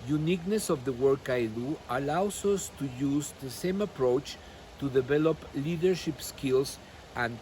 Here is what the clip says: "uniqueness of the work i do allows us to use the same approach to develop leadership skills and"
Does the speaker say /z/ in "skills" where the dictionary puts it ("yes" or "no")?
no